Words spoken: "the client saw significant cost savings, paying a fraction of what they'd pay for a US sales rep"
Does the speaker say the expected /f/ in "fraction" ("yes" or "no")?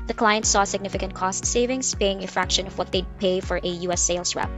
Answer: yes